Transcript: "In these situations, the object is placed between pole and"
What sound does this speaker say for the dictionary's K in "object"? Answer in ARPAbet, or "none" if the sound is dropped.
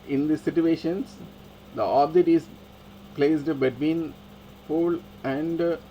none